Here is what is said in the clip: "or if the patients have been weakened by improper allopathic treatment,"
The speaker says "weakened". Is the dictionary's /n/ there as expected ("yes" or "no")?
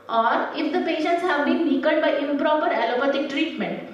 no